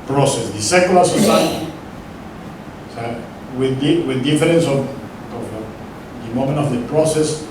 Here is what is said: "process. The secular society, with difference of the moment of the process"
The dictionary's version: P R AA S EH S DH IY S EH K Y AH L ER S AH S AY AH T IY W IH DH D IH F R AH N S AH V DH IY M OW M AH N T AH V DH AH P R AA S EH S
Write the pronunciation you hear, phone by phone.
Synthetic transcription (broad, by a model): P R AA S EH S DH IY S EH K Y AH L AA S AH S AY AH S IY W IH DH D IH F R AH N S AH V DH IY M OW M AH N T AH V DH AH P R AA S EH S